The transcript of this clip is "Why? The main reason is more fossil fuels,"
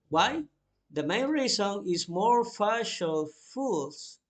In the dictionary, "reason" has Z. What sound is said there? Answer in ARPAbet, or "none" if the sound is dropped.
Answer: S